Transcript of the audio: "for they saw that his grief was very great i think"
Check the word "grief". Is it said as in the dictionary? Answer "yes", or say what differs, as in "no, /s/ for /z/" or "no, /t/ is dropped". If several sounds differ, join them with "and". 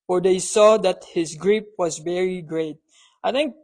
no, /p/ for /f/